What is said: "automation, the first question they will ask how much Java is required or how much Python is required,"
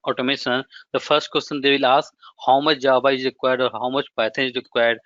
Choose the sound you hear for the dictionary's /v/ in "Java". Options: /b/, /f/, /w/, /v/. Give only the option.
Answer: /b/